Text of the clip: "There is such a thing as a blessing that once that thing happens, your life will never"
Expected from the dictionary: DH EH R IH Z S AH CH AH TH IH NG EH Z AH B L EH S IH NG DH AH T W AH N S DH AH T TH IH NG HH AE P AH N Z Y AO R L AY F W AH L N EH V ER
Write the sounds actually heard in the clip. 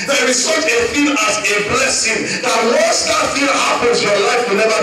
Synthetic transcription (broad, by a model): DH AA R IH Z S AH CH AH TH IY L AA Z AH B L EH S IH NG DH AH T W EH S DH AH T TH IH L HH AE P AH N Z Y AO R L AY F W AH L N EH V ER